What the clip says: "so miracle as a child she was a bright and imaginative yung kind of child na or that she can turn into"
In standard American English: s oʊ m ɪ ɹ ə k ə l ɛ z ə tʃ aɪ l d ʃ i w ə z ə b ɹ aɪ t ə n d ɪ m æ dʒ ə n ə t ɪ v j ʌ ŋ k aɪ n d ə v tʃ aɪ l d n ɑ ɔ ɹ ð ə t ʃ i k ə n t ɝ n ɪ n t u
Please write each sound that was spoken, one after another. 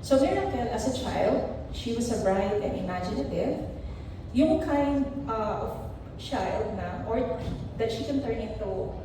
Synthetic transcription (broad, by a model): s oʊ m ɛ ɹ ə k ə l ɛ s ə tʃ aɪ l d ʃ i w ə s ə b ɹ aɪ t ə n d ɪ m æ dʒ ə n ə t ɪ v j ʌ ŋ k aɪ n d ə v tʃ aɪ l d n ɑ ɔ ɹ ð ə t ʃ i k ə n t ɝ n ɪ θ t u